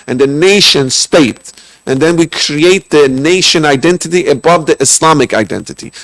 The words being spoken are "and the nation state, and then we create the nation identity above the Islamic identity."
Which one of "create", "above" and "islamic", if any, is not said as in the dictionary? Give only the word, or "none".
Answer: islamic